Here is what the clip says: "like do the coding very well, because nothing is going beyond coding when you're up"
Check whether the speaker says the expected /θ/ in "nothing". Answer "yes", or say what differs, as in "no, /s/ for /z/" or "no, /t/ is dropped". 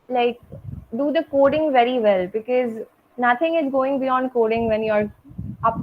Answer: no, /t/ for /θ/